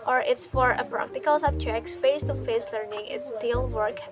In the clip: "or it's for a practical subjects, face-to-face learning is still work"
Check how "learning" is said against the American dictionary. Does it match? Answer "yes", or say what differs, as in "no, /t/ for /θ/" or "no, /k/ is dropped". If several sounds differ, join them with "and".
yes